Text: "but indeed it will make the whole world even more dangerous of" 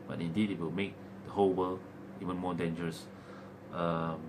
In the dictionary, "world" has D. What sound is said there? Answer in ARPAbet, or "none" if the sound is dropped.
none